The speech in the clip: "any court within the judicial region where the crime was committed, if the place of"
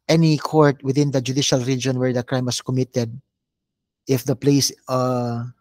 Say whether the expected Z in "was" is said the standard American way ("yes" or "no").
no